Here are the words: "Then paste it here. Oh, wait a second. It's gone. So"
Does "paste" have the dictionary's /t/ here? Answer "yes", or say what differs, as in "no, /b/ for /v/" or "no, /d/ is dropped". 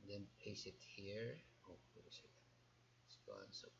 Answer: no, /t/ is dropped